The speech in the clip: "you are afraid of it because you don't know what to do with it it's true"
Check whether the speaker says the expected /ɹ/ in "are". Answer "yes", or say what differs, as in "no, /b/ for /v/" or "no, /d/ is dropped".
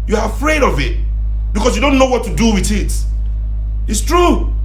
yes